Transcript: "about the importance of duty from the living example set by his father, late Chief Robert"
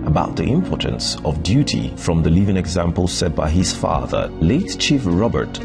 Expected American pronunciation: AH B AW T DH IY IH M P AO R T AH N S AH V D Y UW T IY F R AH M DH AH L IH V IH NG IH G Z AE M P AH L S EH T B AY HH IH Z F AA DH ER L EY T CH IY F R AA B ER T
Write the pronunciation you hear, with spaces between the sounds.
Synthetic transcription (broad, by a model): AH B AW T DH IY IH M P AO R T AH N S AH V D Y UW T IY F R AH M DH AH L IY V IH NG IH G Z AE M P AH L S EH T B AY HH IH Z F AA DH ER L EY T CH IY F R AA B ER T